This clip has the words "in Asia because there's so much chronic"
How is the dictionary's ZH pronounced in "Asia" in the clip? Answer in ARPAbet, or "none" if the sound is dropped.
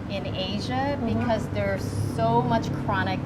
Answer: ZH